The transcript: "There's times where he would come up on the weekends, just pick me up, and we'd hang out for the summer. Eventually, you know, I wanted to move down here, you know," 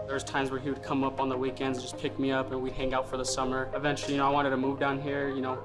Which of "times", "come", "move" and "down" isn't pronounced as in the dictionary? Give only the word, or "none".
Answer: none